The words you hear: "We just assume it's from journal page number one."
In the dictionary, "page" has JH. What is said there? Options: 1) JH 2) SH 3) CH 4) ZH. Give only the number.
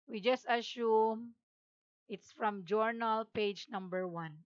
1